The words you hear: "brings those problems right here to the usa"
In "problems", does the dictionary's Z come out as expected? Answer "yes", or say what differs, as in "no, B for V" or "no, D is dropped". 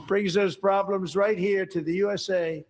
yes